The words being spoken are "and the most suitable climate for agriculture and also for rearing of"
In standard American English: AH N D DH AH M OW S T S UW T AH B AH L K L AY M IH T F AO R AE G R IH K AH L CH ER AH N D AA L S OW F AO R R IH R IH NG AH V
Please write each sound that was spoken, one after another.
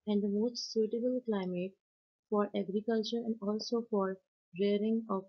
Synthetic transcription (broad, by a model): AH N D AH M OW S T S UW T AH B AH L K L AY M IH T F AO R AE G R IH K AH L CH ER AH N D AA L S OW F AO R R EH R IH NG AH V